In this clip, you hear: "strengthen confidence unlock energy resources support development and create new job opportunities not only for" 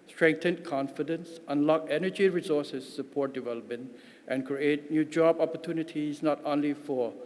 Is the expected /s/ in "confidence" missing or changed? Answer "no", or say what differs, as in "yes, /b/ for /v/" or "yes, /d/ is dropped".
no